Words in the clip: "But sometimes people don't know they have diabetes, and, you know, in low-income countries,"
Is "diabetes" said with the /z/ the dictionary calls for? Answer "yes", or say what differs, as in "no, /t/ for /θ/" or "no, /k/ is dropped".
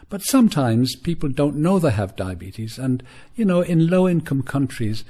yes